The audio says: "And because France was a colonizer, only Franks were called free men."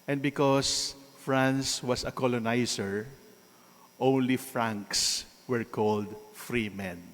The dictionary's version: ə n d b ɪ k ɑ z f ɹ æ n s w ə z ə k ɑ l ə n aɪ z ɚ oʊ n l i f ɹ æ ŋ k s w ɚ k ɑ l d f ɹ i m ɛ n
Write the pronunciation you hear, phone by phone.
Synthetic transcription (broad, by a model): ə n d b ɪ k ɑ s f ɹ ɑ n s w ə s ə k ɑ l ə n aɪ s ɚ oʊ n l i f ɹ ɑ ŋ k s w ɚ k ɑ l d f ɹ i m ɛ n